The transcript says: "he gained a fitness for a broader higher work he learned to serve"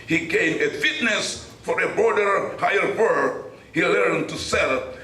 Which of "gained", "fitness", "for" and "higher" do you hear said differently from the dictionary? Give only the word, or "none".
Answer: gained